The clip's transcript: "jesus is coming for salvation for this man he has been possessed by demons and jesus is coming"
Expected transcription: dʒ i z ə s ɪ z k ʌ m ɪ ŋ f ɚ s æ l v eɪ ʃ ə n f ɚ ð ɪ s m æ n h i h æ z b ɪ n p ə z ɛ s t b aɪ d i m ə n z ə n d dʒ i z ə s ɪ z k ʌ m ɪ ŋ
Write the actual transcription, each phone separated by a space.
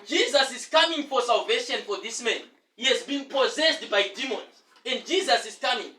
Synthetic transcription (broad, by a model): dʒ i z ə s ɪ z k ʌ m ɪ ŋ f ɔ s æ l v eɪ ʃ ə n f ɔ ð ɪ s m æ n h i h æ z b ɪ n p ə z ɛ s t b aɪ d i m ə n z ə n d dʒ i z ə s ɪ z k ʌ m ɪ ŋ